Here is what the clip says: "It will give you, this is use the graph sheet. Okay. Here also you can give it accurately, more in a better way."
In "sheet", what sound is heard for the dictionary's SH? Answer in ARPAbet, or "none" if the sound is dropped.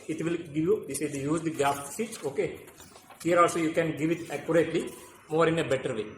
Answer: S